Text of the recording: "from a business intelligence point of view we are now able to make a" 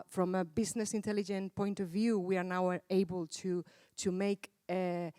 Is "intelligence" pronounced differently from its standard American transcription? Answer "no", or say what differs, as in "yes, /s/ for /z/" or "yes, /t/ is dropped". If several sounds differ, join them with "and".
yes, /s/ is dropped